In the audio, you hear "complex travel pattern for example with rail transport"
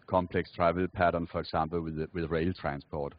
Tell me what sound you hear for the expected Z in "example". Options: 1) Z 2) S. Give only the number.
2